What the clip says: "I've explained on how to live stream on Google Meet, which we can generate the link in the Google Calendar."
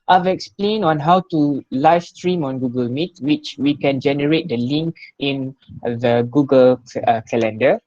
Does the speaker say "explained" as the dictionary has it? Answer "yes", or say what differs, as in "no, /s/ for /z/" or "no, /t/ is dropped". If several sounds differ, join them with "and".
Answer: no, /d/ is dropped